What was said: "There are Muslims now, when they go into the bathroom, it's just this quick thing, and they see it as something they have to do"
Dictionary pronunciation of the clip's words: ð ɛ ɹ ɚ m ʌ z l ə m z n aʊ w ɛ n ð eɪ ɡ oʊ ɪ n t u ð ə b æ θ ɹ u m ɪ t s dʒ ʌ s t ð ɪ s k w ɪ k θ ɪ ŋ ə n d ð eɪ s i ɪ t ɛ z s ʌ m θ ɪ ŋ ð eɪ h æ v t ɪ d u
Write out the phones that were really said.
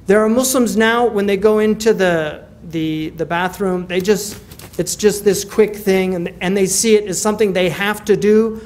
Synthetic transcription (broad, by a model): ð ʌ ɹ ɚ m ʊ s l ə m z n aʊ w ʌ n ð eɪ ɡ oʊ ɪ n t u ð ə b æ θ ɹ u m ɪ t s dʒ ʌ s t ð ɪ s k w ɪ k θ ɪ ŋ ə n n ð eɪ s i ɪ t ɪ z s ʌ m θ ɪ ŋ ð eɪ h æ f t ɪ d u